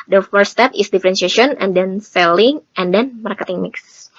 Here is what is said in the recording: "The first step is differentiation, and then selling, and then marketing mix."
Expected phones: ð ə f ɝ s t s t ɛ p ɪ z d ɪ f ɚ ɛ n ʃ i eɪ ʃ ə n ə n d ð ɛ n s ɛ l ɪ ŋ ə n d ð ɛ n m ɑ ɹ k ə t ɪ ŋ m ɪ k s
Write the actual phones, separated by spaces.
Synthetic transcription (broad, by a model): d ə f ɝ t s t ɛ p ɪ s d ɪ f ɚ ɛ n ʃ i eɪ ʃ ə n ə n d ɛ n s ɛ l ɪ ŋ ə n d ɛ n m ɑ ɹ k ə t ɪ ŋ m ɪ k s